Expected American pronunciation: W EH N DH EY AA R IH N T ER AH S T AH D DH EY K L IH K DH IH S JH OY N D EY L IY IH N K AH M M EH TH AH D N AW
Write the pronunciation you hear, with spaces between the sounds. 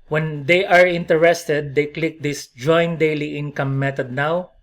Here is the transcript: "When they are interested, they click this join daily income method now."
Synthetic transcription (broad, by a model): W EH N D EY AA R IH N T ER AH S T AH D EY K L IH K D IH S JH OY N D EY L IY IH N K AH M M EH T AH D N AW